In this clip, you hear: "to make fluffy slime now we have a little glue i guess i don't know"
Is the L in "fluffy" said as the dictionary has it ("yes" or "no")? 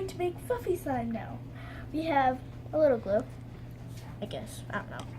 no